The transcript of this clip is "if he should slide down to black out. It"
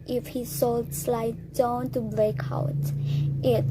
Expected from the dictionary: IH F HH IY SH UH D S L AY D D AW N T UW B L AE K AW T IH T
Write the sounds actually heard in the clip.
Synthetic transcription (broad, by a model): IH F HH IY S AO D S L AY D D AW N T UW B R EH K AW T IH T